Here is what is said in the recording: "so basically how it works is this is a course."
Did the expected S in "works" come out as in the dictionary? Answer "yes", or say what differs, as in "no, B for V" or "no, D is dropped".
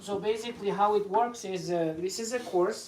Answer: yes